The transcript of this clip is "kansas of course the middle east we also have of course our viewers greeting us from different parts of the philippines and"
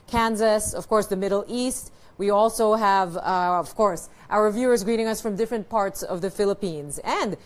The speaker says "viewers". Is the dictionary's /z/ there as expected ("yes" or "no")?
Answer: yes